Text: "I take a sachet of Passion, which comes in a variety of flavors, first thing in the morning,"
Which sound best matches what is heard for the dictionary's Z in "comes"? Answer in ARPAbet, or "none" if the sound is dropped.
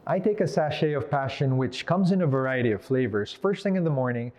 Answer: Z